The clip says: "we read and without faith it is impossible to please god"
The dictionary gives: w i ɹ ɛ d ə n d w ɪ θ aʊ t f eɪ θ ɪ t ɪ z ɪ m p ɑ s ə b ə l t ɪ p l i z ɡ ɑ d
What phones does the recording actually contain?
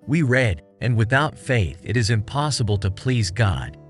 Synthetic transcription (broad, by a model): w i ɹ ɛ d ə n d w ɪ θ aʊ t f eɪ θ ɪ t ɪ z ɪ m p ɑ s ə b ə l t ɪ p l i z ɡ ɑ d